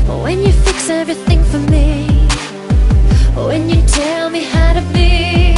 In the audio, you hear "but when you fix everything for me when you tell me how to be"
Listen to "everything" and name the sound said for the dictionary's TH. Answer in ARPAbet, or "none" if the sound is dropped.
TH